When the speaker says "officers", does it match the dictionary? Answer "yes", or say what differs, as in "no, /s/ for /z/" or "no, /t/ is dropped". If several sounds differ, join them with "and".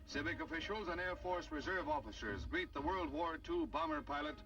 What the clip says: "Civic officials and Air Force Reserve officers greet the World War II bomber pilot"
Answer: yes